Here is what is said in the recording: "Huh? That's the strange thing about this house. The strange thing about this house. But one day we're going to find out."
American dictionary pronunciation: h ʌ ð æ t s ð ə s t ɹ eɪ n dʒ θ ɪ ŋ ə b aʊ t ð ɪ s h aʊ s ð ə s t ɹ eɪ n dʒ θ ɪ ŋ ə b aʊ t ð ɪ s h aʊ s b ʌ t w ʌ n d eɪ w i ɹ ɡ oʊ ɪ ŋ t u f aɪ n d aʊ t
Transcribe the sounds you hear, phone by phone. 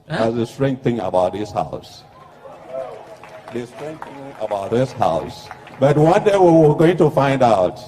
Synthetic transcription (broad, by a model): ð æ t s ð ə s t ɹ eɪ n θ ɪ ŋ ə b aʊ t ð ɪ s h aʊ s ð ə s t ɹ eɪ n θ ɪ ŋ ə b aʊ t ð ɪ s h aʊ s b ʌ t w ʌ n d eɪ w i w ɡ oʊ ɪ ŋ t u f aɪ n d aʊ t